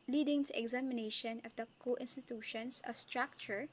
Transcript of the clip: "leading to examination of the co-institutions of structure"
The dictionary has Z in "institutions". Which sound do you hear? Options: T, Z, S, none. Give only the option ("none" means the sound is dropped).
S